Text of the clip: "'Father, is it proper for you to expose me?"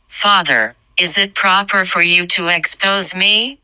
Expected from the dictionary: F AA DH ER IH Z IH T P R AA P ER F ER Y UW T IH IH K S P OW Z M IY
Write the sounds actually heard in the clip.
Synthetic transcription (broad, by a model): F AA DH ER IH Z IH T P R AA P ER F ER Y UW T IH IH K S P OW Z M IY